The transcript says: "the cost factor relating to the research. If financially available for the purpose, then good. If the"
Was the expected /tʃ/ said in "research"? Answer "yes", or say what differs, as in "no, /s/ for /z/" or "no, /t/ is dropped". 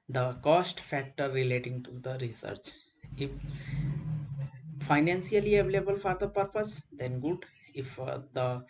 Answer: yes